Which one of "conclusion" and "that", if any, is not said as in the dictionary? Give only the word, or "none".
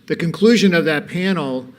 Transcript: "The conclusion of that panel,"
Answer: none